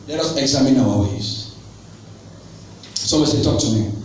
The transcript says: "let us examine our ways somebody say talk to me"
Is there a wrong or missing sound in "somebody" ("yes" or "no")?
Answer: yes